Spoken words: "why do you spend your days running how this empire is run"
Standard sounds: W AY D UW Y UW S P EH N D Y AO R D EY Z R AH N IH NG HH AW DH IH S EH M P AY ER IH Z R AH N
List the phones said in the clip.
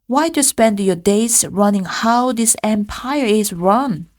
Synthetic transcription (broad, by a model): W AY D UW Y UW S P EH N D Y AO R D EY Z R AH N IH NG HH AW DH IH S EH M P AY ER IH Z R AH N